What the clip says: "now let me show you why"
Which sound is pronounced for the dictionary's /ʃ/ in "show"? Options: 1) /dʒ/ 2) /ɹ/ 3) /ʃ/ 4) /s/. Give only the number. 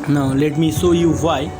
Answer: 4